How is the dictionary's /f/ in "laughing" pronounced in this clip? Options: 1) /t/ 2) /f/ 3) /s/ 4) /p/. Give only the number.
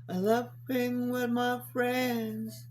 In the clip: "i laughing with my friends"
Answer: 4